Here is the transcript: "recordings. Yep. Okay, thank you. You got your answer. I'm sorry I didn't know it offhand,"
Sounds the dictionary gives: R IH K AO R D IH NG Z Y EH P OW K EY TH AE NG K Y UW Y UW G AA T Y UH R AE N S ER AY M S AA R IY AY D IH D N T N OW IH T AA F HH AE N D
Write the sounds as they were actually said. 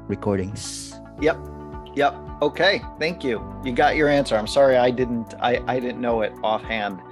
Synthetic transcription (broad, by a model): R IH K AO R D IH NG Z Y EH P OW K EY TH AE NG K Y UW Y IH G AA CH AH R AE N S ER AY M S AA R IY AY D IH D N T N OW IH T AA F HH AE N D